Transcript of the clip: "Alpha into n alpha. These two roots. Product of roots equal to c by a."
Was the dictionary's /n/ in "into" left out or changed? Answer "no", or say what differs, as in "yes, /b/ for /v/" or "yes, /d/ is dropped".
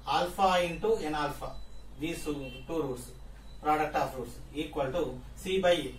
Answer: no